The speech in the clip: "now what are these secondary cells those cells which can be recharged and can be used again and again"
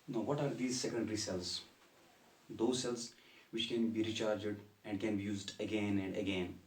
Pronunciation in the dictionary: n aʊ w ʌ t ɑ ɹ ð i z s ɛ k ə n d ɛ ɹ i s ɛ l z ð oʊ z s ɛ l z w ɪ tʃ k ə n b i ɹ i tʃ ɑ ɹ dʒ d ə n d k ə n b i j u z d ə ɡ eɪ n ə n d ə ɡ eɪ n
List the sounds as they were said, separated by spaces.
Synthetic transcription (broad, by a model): n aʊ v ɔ t ɑ ɹ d i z s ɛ k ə n d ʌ ɹ i s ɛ l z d oʊ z s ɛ l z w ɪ tʃ k ə n b i ɹ i tʃ ɑ ɹ dʒ d ə n d k ə n b i j u z d ə ɡ eɪ n ə n d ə ɡ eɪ n